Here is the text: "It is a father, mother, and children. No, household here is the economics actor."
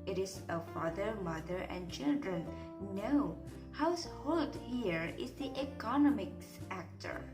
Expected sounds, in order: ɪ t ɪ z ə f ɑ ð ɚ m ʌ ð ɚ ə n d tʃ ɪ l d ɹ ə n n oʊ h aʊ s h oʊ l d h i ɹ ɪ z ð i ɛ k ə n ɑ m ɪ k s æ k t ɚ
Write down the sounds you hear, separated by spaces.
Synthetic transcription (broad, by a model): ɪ t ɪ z ə f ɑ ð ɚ m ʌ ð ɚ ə n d tʃ ɪ l d ɹ ə n n oʊ h aʊ s h oʊ l d h i ɹ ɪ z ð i ɛ k ə n ɑ m ɪ k s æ k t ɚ